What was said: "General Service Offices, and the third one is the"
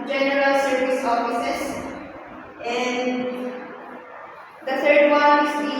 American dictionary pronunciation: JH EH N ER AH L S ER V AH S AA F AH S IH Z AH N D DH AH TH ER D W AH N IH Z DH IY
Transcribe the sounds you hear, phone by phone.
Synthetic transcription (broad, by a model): JH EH N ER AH L S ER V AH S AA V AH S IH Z AH N D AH T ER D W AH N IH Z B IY